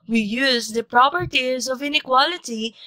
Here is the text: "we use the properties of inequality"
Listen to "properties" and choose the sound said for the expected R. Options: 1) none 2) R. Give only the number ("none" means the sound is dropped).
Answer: 2